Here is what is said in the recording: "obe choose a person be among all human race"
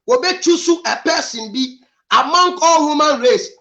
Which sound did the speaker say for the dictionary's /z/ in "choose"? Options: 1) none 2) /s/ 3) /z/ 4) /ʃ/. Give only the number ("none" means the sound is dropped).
2